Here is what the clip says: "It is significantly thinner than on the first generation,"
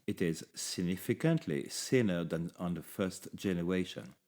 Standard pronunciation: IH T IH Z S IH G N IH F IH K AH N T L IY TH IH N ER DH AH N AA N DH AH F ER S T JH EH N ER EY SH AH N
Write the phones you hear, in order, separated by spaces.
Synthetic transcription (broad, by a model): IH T IH Z S IH G N IH F IH K AH N T L IY S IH N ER DH AH N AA N DH AH F ER S T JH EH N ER EY SH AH N